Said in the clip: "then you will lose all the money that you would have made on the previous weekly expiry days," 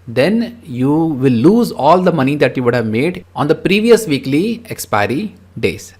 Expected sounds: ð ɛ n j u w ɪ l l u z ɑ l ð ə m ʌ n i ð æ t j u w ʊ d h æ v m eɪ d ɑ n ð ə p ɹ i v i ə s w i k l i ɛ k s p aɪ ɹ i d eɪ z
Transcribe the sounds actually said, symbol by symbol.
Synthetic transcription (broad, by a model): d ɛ n j u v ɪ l l u z ɑ l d ə m ʌ n i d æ t j u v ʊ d h æ v m eɪ d ɑ n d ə p ɹ i v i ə s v i k l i ɛ k s p aɪ ɹ i d eɪ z